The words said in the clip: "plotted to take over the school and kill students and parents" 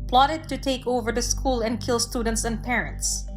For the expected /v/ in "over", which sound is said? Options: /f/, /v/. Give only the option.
/v/